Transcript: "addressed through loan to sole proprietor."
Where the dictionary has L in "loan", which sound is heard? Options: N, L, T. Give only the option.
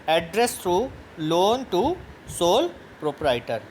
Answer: L